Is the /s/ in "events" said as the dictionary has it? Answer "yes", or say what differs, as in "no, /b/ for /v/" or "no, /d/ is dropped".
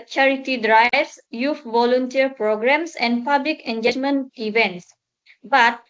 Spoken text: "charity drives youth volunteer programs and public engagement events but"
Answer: yes